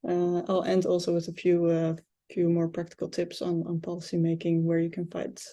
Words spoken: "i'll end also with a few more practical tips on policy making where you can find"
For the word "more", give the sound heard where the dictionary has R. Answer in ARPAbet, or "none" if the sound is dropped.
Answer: R